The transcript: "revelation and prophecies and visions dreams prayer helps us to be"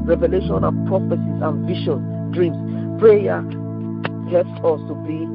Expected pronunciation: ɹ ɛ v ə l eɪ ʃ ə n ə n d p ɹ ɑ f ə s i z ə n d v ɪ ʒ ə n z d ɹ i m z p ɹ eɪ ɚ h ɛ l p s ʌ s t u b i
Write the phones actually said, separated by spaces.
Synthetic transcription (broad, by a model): ɹ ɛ v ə l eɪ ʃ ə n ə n p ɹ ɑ f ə s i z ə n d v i ʃ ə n d ɹ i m s p ɹ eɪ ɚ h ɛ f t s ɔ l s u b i